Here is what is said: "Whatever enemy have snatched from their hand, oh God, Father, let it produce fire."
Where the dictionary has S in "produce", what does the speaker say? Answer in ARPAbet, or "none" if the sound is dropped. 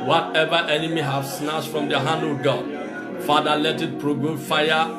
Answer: none